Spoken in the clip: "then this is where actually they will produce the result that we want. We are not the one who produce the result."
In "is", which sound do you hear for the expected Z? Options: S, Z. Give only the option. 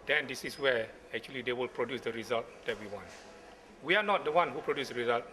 S